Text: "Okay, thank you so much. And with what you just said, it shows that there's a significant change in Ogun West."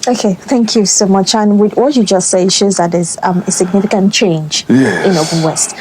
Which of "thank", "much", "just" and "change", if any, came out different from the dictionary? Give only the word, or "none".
none